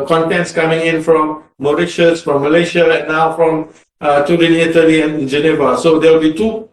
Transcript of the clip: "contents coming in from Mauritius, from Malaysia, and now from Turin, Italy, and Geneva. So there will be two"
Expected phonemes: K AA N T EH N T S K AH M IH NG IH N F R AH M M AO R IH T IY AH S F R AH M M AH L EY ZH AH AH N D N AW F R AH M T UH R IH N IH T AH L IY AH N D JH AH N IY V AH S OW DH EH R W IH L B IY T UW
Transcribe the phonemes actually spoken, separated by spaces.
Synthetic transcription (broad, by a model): K AA N T EH N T S K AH M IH NG IH N F R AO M M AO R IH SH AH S F R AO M M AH L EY SH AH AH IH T N AW F R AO M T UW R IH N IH T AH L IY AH N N JH AH N IY V AH S OW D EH W IH L B IY T UW